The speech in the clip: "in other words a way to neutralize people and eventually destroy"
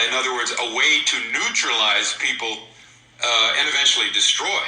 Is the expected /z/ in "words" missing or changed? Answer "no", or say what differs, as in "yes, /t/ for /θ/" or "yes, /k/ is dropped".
no